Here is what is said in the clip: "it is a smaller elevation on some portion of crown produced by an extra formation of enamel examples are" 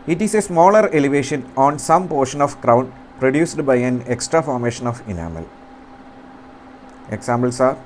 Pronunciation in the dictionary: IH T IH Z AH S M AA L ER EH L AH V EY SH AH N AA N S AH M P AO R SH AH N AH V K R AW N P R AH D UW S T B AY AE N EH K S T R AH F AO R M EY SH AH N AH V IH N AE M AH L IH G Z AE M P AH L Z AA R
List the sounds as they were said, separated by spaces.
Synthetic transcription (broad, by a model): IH T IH S AH S M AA L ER EH L AH V EY SH AH N AA N S AH M P AO R SH AH N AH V K R AW N P R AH D UW S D B AY AE N EH K S T R AH F AO R M EY SH AH N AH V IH N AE M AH L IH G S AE M B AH L S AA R